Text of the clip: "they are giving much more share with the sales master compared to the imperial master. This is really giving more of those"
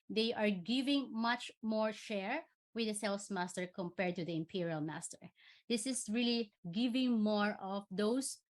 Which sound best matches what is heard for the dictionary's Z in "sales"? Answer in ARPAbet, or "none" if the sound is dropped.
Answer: S